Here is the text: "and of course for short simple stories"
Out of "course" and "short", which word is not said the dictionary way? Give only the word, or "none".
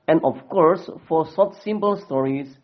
short